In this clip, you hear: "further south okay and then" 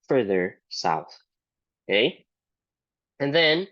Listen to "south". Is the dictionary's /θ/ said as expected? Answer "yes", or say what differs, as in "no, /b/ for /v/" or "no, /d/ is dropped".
yes